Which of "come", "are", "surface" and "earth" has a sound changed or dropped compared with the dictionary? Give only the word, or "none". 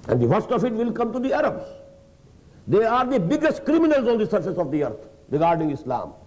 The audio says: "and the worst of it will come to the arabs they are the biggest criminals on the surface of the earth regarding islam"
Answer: earth